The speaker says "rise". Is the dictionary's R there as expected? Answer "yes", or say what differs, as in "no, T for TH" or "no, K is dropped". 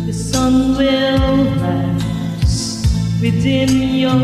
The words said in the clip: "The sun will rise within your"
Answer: no, L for R